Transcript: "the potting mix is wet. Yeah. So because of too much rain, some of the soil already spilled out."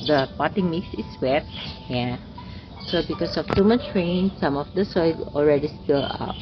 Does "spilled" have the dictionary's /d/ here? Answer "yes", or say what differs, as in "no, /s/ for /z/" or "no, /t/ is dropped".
no, /d/ is dropped